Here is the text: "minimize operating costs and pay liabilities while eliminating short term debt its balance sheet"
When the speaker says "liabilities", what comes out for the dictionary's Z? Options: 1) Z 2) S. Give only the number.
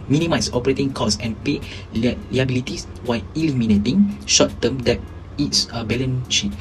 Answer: 2